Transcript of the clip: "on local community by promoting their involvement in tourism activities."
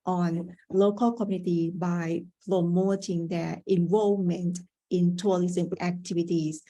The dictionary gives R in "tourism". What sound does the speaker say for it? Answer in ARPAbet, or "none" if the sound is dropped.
L